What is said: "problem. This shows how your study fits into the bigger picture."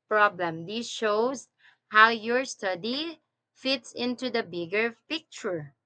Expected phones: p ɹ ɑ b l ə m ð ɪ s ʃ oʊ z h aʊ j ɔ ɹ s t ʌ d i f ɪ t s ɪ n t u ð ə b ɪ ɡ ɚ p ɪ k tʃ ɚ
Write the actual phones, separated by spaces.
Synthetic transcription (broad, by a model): p ɹ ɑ b l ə m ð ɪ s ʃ oʊ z h aʊ j ɔ ɹ s t ʌ d i f ɪ t s ɪ n t u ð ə b ɪ ɡ ɚ p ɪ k tʃ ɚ